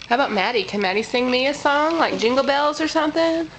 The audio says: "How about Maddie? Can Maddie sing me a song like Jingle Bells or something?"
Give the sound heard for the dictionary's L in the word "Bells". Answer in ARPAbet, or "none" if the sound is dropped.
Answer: L